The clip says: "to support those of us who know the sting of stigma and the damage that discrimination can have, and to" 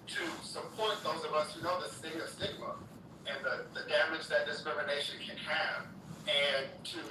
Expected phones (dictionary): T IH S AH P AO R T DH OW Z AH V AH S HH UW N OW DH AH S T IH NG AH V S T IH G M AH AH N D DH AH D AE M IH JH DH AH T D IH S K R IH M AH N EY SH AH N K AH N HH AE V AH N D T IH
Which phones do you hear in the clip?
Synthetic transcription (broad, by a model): T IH S AH P AO R T DH OW Z AH V AH S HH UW N OW DH AH S T IH NG AH V S T IH G M AH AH N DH DH AH D AE M IH JH DH AH T D IH S K R IH M AH N EY SH AH N K AH N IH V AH N T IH